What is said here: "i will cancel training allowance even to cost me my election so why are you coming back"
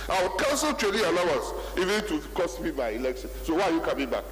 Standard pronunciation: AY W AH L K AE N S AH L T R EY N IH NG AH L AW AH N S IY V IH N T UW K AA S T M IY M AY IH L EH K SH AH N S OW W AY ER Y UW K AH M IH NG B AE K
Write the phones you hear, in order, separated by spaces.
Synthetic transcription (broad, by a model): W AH W K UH N S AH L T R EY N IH AH L AW AH N S IY V IH N T UW K AA S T M IY M AY IH L EH K SH AH N S OW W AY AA Y UW K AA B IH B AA K